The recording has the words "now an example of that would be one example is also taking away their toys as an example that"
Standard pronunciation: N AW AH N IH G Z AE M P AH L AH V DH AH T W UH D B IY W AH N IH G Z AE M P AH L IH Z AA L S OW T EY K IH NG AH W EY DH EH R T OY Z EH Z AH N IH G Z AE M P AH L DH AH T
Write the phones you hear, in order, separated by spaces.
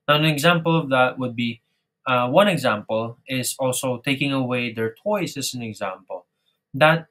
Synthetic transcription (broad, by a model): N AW AH N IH G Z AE M P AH L AH V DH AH T W UH D B IY W AH N IH G Z AE M P AH L IH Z AA L S OW T EY K IH NG AH W EY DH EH R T OY S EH S AH N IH G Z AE M P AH L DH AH T